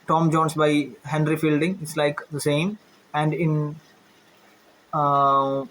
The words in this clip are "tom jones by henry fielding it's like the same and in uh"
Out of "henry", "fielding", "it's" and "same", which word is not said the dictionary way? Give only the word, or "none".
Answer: none